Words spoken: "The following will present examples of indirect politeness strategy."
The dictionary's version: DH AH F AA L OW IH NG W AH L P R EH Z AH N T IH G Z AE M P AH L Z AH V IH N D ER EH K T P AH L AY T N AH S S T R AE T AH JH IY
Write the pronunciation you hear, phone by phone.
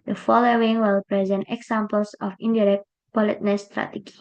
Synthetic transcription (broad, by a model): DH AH F AA L OW IH NG W AH L P R EH Z AH N T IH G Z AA M P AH L S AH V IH N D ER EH K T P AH L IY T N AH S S T R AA T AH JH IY